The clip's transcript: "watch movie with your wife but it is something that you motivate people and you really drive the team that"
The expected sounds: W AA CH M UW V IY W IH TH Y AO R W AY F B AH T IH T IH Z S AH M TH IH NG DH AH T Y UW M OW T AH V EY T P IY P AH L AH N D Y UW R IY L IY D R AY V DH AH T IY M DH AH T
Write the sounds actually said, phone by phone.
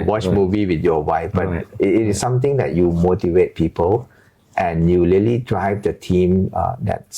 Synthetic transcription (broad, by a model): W AA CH M UW V IY W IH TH Y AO W AY F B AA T IH T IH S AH M T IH NG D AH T Y UW M OW T AH V EY T P IY P AH L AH N Y UW L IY L IY D R AY V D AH T IY M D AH T